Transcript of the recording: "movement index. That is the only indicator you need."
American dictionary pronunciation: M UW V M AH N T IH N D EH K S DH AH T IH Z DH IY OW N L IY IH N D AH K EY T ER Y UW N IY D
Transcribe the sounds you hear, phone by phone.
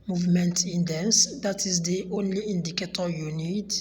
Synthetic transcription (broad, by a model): M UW V M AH N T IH N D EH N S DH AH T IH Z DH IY OW N L IY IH N D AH K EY T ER Y UW N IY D